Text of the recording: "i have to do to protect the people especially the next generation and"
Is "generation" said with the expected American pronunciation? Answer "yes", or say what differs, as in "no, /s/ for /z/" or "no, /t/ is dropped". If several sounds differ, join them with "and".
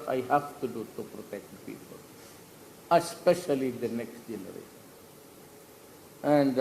no, /ʃ/ is dropped